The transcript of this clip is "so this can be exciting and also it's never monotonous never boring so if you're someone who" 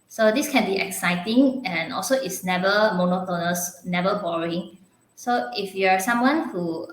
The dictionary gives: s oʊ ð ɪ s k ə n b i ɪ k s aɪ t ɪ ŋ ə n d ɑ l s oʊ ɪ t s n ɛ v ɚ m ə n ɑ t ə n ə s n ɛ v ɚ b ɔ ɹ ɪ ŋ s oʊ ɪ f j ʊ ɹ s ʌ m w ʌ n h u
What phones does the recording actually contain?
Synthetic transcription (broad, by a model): s oʊ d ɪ s k ə n b i ɪ k s aɪ t ɪ ŋ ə n ɑ l s oʊ ɪ t s n ɛ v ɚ m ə n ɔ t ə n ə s n ɛ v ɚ b ɔ ɹ ɪ ŋ s oʊ ɪ f j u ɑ s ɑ m w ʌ n h u